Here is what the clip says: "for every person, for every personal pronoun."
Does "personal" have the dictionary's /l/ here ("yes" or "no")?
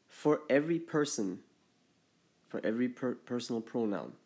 yes